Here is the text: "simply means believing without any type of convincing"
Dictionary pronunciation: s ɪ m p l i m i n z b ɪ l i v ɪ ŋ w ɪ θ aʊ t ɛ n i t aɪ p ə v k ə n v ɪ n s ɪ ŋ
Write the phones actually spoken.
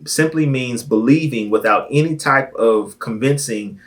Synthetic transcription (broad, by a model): s ɪ m p l i m i n z b ɪ l i v ɪ ŋ w ɪ θ aʊ t ɛ n i t aɪ p ə v k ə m v ɪ n s ɪ ŋ